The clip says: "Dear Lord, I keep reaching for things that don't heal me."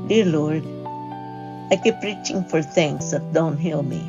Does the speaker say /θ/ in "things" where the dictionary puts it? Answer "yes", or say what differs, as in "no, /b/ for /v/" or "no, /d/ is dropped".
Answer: no, /t/ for /θ/